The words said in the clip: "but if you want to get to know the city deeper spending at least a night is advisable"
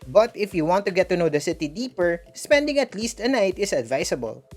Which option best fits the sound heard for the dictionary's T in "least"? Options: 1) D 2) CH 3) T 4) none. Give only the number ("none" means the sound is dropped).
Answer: 3